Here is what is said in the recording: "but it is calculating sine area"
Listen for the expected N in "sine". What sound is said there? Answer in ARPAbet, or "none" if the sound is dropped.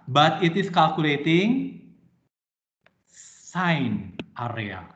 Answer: N